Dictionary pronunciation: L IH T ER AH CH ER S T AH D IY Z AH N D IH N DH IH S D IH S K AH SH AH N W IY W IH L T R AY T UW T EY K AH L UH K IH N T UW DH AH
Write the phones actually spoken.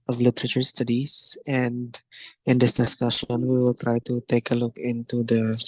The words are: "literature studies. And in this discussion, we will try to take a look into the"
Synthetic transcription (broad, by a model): L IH T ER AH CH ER S T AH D IY S AH N D IH N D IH S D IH S K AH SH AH N W IY W IH L T R AY T UW T EY K AH L UH K IH N T UW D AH